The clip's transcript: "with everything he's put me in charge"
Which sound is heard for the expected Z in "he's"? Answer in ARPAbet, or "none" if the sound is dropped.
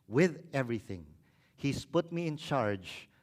S